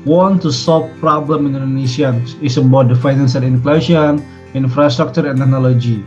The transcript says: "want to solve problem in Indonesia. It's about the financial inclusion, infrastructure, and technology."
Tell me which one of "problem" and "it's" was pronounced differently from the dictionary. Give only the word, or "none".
it's